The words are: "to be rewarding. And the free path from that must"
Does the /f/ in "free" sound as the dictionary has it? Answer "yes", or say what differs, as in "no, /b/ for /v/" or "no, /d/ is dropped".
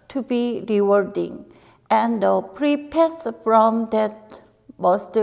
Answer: no, /p/ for /f/